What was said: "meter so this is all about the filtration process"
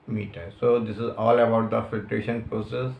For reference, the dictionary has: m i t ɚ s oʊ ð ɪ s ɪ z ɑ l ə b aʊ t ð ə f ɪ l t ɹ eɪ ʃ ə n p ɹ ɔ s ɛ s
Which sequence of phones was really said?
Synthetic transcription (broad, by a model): m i t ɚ s oʊ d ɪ s ɪ z ɑ l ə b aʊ t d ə f ɪ l t ɹ eɪ ʃ ə n p ɹ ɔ s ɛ s